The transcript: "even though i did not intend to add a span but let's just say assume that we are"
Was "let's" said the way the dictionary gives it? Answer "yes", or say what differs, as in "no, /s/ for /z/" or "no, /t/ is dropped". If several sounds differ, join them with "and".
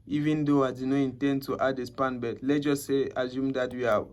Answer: no, /s/ is dropped